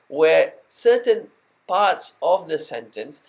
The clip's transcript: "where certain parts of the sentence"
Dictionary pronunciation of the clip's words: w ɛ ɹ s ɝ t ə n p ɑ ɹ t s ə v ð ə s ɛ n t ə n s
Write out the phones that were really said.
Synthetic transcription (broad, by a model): w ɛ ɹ s ɝ t ə n p ɑ ɹ t s ə v ð ə s ɛ n t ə n s